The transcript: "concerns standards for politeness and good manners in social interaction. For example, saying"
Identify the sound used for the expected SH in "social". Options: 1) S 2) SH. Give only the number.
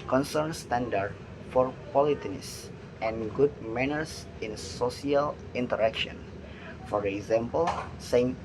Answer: 1